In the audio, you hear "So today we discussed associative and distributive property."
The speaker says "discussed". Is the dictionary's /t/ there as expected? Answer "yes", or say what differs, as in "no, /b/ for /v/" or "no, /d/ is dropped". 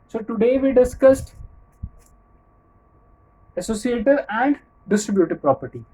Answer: yes